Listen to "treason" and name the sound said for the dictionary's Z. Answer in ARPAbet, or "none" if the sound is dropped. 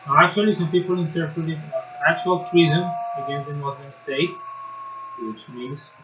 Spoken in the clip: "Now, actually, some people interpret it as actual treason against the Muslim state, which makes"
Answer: Z